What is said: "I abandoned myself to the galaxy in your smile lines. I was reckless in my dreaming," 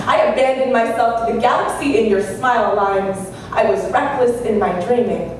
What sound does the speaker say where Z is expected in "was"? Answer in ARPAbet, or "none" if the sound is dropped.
Z